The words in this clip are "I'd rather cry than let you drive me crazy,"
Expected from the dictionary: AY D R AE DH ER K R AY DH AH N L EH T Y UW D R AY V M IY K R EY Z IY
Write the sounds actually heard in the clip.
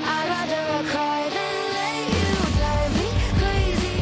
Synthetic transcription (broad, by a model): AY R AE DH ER K R AY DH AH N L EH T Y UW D AY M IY K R EY Z IY